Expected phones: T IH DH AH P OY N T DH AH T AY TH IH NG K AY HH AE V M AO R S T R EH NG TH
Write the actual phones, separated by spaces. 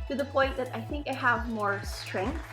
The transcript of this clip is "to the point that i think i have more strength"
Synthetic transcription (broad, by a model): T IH DH AH P OY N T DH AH T AY TH IH NG K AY HH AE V M AO R S T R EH NG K